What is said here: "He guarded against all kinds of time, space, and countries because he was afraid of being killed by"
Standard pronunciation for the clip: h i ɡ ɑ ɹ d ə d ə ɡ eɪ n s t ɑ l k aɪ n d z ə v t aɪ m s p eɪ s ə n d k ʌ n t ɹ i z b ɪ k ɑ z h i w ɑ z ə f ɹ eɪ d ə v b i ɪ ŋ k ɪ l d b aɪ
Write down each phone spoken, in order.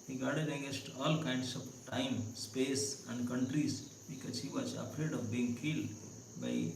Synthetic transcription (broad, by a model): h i ɡ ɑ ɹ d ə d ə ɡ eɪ s t ɑ l k aɪ n d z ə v t aɪ m s p eɪ s ə n d k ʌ n t ɹ i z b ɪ k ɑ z h i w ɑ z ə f ɹ eɪ d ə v b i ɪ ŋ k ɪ l d b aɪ